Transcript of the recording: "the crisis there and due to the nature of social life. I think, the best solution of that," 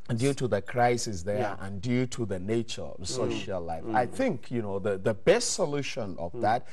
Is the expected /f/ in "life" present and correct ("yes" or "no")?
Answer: yes